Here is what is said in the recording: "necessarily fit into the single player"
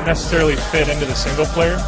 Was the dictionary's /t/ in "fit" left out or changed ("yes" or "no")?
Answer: no